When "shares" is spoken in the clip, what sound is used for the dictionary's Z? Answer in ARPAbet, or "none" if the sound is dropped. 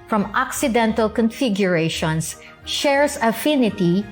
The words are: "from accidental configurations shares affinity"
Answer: S